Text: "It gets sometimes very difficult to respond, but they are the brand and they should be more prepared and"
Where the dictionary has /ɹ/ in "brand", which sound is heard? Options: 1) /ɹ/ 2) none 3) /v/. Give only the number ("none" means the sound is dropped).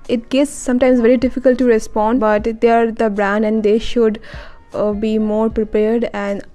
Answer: 1